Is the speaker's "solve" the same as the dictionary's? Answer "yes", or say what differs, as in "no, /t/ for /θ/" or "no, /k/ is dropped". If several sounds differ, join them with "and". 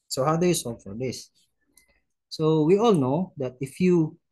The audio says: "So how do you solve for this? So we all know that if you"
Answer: no, /l/ is dropped